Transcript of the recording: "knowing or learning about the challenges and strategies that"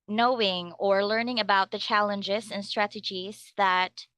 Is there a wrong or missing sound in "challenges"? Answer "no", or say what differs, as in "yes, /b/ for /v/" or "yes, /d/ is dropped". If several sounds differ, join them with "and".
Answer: no